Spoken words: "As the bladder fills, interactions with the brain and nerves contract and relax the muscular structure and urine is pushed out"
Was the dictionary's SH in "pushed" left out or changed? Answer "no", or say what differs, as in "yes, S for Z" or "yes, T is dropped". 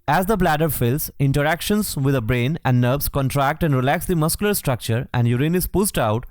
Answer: yes, S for SH